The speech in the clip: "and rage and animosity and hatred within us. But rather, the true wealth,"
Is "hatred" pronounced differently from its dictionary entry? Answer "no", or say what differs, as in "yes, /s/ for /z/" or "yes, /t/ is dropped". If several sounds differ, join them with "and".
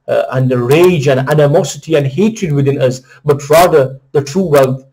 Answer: no